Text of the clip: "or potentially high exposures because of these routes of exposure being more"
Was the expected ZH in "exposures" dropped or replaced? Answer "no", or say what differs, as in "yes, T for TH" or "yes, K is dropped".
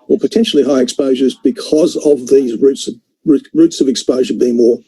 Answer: no